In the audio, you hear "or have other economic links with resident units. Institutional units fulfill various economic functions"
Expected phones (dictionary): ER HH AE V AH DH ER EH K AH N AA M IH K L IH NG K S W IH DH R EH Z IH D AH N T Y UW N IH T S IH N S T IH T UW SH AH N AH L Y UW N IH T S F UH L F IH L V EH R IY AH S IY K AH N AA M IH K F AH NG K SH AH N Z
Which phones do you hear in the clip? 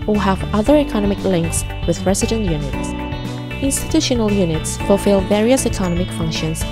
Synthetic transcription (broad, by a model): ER HH AE V AH DH ER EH K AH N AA M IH K L IH NG K S W IH DH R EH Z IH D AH N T Y UW N IH T S IH N S T IH T UW SH AH N AH L Y UW N IH T S F UH L F IH L V EH R IY AH S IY K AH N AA M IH K F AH NG K SH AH N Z